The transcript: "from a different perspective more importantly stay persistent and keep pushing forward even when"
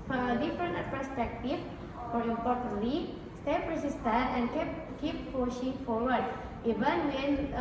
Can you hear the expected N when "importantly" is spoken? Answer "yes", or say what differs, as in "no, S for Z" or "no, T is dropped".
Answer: no, N is dropped